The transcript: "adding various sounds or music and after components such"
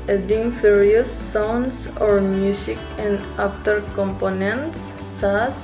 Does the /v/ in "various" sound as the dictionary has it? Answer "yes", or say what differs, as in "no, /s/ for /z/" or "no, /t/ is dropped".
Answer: no, /f/ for /v/